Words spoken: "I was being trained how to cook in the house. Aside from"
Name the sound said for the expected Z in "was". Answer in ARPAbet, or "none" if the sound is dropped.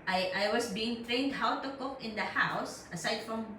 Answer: S